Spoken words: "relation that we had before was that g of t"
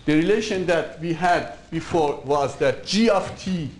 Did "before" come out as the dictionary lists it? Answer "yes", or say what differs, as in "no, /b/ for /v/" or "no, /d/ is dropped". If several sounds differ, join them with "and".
yes